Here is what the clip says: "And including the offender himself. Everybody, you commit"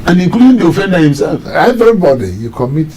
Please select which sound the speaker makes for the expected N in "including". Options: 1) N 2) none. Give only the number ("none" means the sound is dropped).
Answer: 2